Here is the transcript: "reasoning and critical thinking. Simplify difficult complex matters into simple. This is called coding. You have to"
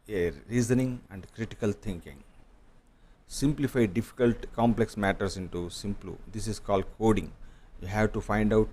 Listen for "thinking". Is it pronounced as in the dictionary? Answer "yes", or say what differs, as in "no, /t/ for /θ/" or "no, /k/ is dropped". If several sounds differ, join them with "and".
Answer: no, /t/ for /θ/